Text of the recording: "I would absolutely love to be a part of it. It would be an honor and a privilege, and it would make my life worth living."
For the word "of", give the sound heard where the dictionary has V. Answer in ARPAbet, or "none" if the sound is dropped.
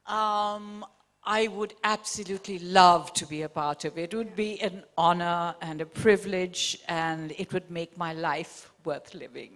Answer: V